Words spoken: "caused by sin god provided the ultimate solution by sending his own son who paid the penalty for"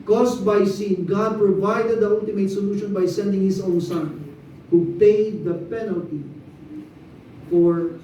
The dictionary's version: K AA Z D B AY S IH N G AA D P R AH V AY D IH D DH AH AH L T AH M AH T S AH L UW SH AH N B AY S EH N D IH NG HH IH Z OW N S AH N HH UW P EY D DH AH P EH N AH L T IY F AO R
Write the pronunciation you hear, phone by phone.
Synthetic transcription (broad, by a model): K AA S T B AY S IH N G AA D P R AH V AY D IH D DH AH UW L T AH M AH T S AH L UW SH AH N B AY S EH N D IH NG HH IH S OW N S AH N HH UW P EY D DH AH P EH N AH L T IY F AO R